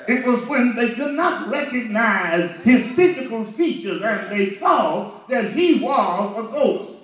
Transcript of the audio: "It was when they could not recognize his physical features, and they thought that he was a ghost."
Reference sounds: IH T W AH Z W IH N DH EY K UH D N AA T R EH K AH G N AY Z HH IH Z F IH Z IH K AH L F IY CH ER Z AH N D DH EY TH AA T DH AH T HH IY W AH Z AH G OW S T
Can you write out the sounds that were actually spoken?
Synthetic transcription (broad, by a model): IH T W AH Z W IH N DH EY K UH D N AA T R EH K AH G N AY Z HH IH Z F IH Z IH K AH L F IY CH ER Z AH N DH EY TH AA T DH AH T HH IY W AH Z AH G OW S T